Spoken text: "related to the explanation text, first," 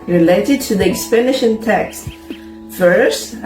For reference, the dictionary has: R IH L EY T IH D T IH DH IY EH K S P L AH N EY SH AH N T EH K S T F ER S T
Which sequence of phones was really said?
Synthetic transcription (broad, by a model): R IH L EY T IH D T IH DH IY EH K S P AH N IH SH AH N T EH K S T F ER S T